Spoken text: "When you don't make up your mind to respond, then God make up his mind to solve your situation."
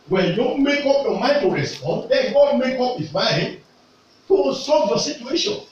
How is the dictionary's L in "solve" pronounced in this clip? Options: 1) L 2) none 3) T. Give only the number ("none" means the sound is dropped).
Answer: 2